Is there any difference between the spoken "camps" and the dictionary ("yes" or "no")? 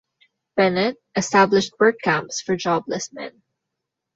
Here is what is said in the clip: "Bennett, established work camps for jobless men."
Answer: no